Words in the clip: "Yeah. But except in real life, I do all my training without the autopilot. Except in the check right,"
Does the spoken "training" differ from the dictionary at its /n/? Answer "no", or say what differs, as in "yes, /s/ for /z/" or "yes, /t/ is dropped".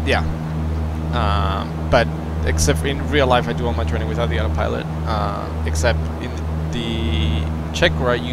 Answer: yes, /n/ is dropped